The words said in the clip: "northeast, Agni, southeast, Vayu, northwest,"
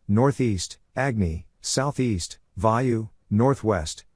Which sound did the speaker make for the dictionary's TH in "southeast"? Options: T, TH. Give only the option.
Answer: TH